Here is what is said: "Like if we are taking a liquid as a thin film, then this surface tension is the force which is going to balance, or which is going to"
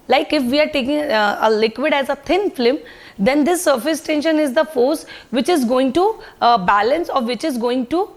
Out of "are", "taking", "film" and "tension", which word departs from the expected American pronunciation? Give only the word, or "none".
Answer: film